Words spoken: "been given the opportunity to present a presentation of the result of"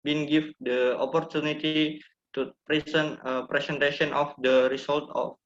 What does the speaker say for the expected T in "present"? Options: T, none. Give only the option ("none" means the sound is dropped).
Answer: none